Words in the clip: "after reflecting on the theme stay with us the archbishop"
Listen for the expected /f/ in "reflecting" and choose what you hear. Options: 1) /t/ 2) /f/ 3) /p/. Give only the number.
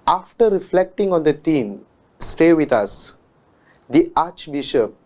2